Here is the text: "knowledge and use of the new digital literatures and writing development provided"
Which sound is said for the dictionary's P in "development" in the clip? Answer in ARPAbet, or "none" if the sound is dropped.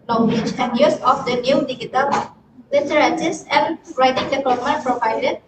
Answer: none